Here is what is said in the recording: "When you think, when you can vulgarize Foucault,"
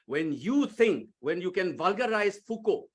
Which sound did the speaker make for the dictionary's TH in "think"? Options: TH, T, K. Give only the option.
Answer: T